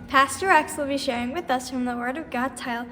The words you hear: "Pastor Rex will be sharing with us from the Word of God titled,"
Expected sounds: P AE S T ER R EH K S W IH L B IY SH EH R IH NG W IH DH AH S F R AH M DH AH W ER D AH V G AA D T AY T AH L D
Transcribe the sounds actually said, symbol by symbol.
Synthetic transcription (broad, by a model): P AE S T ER R EH K S W IH L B IY SH EH R IH NG W IH DH AH S F R AH M DH AH W ER D AH V G AA D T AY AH L